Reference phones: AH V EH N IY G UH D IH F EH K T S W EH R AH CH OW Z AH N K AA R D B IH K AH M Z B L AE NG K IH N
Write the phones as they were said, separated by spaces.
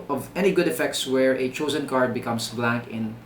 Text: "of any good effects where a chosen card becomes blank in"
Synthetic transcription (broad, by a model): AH V EH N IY G UH D IH F EH K T S W EH R AH CH OW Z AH N K AA R D B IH K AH M S B L AE NG K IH N